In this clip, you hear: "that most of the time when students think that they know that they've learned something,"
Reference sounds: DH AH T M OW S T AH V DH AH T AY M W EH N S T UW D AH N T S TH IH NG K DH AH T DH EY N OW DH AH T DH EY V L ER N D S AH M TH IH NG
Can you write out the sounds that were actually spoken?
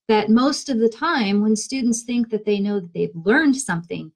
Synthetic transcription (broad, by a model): DH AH T M OW S T AH V DH AH T AY M W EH N S T UW D N T S TH IH NG K DH AH T DH EY N OW DH AH T DH EY V L ER N D S AH M TH IH NG